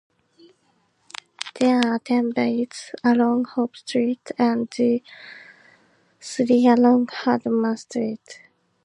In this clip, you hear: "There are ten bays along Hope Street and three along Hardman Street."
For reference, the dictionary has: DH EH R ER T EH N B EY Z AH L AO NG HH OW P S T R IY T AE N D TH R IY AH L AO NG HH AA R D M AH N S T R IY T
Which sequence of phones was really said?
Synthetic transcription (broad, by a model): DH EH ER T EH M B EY S AH L AO NG HH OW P S T R IY T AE N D S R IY AH L AO NG HH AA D M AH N S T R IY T